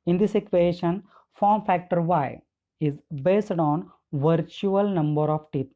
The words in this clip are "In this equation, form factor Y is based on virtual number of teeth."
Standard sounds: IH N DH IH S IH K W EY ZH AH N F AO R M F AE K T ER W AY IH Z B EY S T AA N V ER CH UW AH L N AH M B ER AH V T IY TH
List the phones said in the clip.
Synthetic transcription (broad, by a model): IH N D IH S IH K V EY SH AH N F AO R M F AE K T ER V AY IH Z B EY S T AA N V ER CH UW AH L N AH M B ER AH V T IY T